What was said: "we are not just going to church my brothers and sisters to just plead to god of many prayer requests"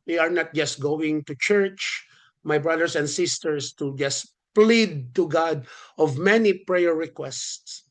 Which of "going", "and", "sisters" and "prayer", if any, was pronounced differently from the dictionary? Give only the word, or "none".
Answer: sisters